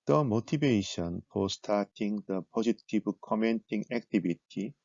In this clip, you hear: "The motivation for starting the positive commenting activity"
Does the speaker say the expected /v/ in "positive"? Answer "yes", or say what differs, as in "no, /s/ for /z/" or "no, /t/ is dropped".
no, /b/ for /v/